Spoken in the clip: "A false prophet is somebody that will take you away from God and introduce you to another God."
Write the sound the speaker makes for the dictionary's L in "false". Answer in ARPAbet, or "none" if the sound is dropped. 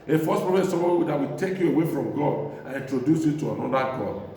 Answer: none